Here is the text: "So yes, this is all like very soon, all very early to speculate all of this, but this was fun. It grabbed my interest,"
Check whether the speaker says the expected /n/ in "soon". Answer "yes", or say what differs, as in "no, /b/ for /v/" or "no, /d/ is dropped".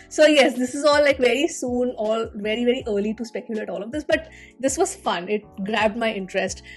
yes